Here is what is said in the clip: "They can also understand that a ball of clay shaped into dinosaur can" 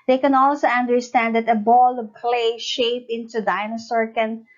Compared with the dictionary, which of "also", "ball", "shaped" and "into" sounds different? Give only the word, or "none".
shaped